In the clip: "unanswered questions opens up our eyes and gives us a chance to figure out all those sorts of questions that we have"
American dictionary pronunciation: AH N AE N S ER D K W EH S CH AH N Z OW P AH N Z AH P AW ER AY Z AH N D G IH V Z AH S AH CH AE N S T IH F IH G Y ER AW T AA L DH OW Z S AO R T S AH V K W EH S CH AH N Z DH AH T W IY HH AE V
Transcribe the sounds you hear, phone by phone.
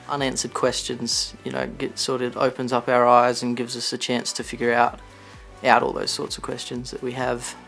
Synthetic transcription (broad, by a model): AH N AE N S ER D K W EH S CH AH N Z OW P AH N Z AH P AW ER AY Z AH N G IH V Z AH S AH CH AE N S T IH F IH G Y ER AW T AA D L OW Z S AO R T S AH V K W EH S CH AH N Z DH AH T W IY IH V